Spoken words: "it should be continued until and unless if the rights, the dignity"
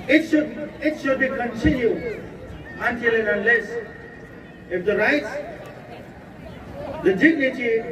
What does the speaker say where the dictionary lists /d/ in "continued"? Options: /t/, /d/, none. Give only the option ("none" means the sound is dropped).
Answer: none